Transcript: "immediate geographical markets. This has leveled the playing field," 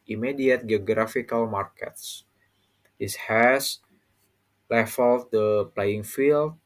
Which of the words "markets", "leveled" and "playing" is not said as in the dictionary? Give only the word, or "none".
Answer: leveled